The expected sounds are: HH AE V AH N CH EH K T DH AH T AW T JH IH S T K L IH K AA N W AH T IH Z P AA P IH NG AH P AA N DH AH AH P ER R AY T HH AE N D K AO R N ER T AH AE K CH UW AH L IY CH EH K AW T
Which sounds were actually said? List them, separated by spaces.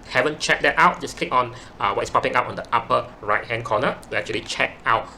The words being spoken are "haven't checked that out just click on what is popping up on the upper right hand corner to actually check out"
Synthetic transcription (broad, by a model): HH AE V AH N CH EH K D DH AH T AW T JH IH S K L IH K AA N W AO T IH S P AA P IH NG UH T AA N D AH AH P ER R AY T HH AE N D K AO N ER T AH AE K CH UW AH L IY CH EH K AW T